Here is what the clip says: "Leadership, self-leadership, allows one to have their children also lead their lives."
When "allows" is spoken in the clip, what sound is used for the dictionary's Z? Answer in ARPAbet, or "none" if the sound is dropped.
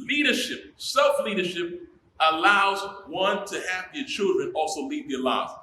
Z